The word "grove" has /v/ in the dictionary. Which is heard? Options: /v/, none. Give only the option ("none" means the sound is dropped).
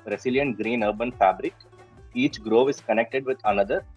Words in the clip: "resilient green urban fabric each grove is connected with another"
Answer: /v/